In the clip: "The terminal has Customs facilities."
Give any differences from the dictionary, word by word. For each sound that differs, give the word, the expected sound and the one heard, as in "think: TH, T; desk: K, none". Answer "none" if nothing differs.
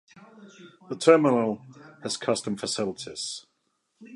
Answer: customs: Z, none